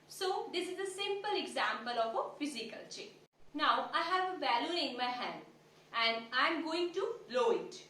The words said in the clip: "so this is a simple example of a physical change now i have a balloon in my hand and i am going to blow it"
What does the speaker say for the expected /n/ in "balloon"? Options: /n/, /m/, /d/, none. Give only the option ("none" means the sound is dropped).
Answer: none